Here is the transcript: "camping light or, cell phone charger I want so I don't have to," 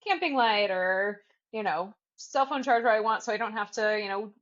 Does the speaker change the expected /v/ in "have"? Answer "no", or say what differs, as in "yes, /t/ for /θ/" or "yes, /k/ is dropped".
yes, /f/ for /v/